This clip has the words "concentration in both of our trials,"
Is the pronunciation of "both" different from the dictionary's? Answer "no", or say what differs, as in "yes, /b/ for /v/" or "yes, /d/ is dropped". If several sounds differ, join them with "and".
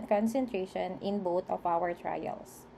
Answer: yes, /t/ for /θ/